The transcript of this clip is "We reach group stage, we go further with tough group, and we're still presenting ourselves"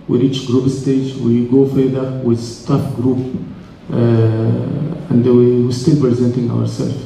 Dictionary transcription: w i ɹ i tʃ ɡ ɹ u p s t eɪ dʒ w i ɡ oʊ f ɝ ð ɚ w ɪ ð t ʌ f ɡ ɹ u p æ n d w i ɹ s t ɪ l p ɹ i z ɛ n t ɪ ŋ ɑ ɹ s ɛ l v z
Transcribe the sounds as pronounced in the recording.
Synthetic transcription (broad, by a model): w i ɹ i tʃ ɡ ɹ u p s t eɪ dʒ w i ɡ oʊ f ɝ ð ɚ w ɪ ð t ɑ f ɡ ɹ u p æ n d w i w s t ɪ l p ɹ i z ɛ n t ɪ ŋ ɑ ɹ s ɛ l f